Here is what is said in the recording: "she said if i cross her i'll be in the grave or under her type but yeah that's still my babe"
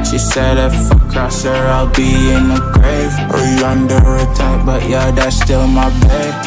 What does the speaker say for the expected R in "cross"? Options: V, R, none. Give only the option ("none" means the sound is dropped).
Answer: none